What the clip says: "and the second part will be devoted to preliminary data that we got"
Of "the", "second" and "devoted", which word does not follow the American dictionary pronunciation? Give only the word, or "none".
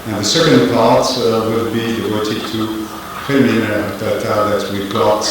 devoted